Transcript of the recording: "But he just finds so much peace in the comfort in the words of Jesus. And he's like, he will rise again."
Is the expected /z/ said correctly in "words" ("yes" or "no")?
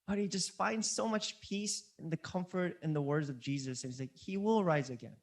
yes